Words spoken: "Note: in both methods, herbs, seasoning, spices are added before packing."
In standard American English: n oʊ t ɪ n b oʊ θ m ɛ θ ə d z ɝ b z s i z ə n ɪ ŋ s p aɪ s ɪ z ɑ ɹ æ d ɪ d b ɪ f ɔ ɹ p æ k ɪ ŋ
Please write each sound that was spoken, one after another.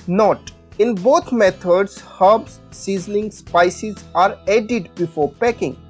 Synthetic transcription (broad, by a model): n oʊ t ɪ n b oʊ t m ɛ t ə d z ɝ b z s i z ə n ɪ ŋ s p aɪ s ɪ z ɑ ɹ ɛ d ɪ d b ɪ f ɔ ɹ p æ k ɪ ŋ